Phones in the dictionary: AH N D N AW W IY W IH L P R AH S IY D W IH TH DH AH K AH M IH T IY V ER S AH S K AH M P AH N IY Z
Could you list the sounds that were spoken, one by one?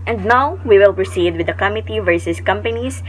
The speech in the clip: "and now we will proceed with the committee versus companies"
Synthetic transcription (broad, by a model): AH N D N AW W IY W IH L P R AH S IY D W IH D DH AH K AH M IH T IY V ER S AH S K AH M P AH N IY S